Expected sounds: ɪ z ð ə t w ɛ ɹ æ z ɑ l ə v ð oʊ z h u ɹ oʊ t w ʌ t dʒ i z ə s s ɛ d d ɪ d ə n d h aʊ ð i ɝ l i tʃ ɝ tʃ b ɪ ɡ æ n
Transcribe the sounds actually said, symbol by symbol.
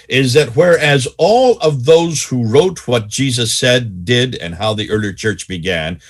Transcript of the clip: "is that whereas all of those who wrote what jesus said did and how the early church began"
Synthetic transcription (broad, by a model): ɪ z ð ə t w ɛ ɹ æ z ɑ l ə v ð oʊ z h u ɹ oʊ t w ʌ t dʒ i z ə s s ɛ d d ɪ d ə n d h aʊ ð i ɝ l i tʃ ɝ tʃ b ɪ ɡ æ n